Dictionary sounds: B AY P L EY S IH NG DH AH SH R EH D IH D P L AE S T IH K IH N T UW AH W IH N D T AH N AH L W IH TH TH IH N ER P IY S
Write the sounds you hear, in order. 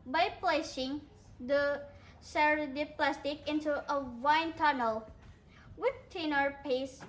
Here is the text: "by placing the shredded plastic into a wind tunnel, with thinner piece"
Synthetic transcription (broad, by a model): B AY P L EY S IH NG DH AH S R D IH P L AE S T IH K IH N T UW AH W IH N T AH N AH L W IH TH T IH N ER P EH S